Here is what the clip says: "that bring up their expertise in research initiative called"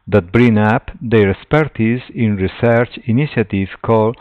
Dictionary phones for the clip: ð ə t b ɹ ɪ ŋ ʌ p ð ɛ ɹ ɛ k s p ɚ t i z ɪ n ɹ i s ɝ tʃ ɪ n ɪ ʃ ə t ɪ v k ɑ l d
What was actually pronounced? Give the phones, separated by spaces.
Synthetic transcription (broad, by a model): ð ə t b ɹ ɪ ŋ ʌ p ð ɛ ɹ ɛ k s p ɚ t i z ɪ n ɹ i s ɝ tʃ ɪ n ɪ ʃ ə t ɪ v k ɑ l